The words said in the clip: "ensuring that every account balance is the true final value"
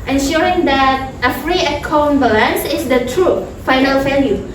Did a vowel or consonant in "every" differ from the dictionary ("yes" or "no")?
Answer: yes